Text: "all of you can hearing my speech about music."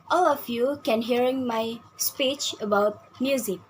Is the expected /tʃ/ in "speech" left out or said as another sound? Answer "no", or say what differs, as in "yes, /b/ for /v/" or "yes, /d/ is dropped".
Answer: no